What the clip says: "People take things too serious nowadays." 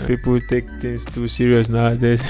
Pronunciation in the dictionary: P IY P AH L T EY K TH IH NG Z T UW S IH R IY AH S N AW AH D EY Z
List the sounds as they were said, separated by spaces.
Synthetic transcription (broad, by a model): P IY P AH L T EY K T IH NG S T UW S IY R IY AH S N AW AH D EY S